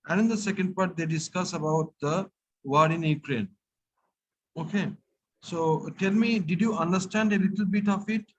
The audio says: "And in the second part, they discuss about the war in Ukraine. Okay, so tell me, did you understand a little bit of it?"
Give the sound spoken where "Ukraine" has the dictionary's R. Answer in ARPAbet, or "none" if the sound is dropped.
R